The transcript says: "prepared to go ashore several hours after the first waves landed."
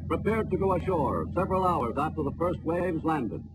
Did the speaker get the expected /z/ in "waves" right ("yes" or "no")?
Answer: yes